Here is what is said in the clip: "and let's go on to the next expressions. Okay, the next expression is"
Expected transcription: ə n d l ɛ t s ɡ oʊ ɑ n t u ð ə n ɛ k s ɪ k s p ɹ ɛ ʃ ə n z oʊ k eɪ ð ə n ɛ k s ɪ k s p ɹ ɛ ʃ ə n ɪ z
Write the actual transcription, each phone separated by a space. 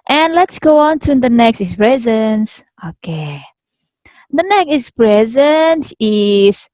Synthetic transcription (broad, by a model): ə n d l ɛ t s ɡ oʊ ɑ n t u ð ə n ɛ k s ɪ s p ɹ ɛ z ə n s oʊ k eɪ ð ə n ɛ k ɪ s p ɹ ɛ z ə n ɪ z